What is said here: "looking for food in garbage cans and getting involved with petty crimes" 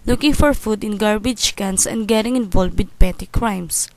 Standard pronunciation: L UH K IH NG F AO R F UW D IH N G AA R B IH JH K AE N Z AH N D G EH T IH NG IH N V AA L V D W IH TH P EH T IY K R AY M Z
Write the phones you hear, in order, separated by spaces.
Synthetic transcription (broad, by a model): L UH K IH NG F AO R F UW D IH N G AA R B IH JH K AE N S AH N D G EH T IH NG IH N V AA L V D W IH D P EH T IY K R AY M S